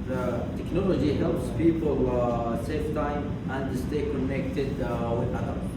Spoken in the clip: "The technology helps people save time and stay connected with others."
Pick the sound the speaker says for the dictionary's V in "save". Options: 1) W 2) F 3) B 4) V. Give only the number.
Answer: 2